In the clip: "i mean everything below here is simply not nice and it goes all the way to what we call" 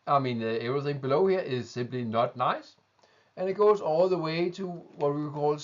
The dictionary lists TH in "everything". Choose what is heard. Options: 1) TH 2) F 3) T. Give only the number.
1